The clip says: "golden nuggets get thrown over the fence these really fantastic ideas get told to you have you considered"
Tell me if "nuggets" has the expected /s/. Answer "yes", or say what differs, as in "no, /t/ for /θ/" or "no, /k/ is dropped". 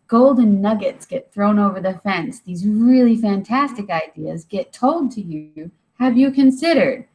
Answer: yes